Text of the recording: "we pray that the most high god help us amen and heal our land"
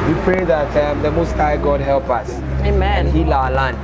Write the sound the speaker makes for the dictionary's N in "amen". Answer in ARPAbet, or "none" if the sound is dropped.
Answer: none